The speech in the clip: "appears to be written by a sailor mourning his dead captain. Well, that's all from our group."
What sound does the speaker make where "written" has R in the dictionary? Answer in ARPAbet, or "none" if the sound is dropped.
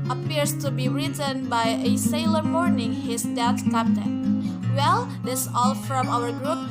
R